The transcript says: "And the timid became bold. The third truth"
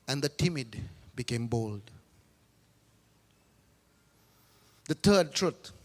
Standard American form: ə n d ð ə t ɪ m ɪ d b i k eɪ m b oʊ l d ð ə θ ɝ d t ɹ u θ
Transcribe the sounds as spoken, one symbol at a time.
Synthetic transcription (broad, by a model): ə n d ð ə t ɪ m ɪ d b i k eɪ m b oʊ l d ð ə t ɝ d t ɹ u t